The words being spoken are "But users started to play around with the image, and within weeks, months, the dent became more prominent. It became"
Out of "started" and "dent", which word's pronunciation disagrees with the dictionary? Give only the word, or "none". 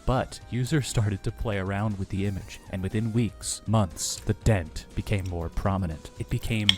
none